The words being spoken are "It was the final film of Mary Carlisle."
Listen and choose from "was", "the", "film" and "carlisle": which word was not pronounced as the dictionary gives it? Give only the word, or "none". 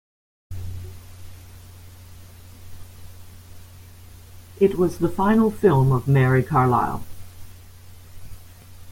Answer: none